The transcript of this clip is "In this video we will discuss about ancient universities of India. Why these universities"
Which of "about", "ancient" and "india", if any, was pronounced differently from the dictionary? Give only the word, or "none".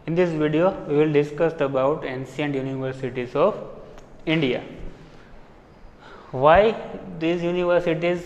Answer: ancient